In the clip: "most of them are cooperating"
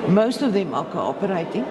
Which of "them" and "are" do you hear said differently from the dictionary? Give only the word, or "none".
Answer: are